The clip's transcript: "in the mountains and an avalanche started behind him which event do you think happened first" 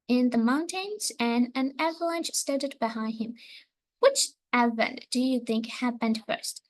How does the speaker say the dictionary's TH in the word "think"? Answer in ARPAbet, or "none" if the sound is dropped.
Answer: TH